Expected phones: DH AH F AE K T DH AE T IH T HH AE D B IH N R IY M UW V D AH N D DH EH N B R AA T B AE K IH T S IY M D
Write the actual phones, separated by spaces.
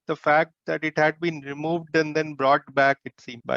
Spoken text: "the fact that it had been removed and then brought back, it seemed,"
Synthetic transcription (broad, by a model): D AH F AE K T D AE T IH T HH AE D B IH N R IY M UW V D AH N D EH N B R AA T B AE K IH T S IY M